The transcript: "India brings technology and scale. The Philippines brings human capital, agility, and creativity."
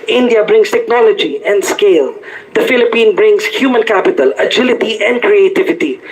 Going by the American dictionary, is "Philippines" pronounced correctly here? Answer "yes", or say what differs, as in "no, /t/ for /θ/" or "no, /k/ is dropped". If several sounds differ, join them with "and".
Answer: no, /z/ is dropped